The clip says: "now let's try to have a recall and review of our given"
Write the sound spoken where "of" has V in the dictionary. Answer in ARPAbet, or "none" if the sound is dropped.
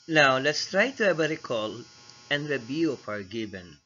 P